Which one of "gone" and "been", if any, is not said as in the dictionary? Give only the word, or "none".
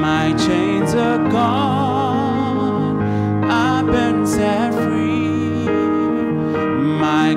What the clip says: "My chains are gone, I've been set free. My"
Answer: gone